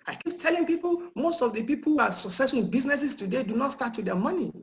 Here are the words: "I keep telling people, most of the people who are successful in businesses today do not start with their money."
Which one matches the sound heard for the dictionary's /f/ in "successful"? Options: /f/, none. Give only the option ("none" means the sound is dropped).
none